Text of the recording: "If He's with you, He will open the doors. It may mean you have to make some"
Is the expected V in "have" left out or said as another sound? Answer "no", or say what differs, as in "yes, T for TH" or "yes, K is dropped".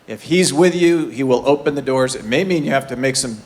yes, F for V